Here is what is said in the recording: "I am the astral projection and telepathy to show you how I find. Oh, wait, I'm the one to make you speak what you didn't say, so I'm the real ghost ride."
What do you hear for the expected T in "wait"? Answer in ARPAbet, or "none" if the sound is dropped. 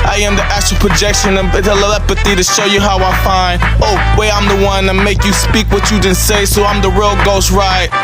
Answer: none